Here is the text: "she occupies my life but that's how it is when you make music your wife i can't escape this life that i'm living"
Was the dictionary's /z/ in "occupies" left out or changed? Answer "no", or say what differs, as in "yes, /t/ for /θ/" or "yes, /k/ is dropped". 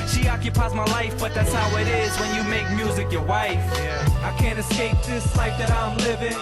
no